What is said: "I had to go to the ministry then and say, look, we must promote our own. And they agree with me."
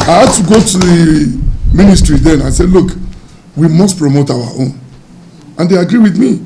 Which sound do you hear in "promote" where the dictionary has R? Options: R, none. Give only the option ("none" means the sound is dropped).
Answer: R